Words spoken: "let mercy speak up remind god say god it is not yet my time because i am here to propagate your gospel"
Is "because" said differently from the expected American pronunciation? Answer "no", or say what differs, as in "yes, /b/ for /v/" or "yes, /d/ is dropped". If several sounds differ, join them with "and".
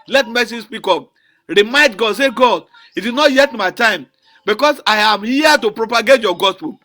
yes, /s/ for /z/